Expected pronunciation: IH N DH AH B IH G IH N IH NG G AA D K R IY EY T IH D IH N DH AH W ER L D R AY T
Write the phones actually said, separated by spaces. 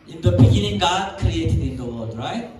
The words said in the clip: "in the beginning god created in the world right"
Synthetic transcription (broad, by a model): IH N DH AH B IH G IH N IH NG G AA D K R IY EY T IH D IH N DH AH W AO D R AY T